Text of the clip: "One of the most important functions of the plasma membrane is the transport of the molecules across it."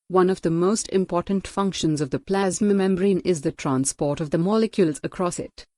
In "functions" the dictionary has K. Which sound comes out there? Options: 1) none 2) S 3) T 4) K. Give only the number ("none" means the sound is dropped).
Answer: 4